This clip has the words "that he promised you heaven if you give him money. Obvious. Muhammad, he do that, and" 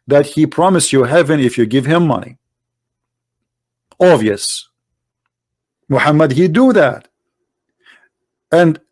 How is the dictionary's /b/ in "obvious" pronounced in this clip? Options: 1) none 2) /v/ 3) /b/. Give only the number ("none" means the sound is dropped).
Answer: 1